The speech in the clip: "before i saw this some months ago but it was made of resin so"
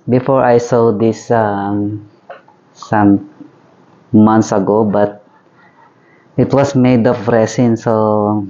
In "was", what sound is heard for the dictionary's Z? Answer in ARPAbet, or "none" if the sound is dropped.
S